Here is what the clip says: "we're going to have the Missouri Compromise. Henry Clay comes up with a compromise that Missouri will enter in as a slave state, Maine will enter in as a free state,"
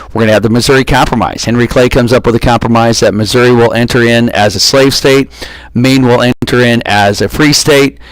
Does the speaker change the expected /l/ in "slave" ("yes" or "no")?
no